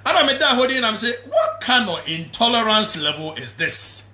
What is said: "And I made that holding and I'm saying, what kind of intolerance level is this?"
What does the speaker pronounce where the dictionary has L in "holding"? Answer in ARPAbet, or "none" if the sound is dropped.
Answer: none